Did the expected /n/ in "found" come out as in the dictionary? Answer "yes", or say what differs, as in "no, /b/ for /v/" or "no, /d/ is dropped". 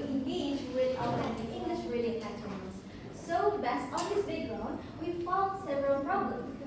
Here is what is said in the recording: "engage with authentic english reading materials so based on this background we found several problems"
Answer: no, /l/ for /n/